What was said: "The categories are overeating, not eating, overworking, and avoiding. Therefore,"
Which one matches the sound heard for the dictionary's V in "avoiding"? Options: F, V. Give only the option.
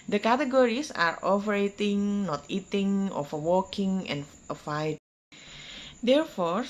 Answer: F